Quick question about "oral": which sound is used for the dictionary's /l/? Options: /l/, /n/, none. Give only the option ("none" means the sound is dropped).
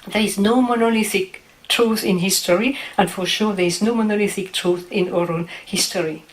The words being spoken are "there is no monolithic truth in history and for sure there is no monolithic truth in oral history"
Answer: /n/